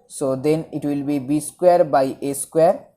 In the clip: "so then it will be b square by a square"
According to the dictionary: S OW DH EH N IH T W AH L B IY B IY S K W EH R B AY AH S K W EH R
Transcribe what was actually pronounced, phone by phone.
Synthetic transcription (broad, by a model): S OW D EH N IH T W AH L B IY B IY S K W EH R B AY AH S K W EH R